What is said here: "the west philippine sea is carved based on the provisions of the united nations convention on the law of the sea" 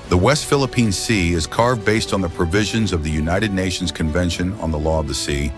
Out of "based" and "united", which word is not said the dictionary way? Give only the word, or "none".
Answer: none